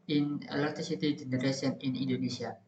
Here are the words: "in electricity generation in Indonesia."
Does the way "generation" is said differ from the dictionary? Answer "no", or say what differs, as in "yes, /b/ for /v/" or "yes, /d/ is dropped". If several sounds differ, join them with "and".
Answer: yes, /s/ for /ʃ/